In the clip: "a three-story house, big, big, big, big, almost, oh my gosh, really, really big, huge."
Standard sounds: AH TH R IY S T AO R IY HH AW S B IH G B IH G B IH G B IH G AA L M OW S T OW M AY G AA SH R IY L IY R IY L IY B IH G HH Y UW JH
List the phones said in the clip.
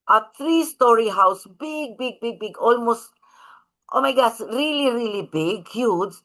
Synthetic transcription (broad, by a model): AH T R IY S T AO R IY HH AW S B IH G B IH G B IH G B IH G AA L M OW S T OW M AY G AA S R IY L IY R IY L IY B IH G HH Y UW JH